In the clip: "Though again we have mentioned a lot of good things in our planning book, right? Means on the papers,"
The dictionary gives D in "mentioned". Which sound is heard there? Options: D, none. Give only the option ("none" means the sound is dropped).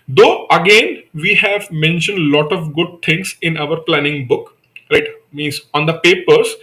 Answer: D